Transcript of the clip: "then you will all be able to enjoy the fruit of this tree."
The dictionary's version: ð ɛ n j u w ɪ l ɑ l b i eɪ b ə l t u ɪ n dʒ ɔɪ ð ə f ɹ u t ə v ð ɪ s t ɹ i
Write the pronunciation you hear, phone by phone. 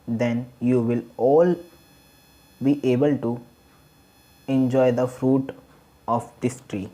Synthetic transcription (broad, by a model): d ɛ n j u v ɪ l ɑ l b i eɪ b ə l t u ɪ n dʒ ɔɪ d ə f ɹ u t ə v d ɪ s t ɹ i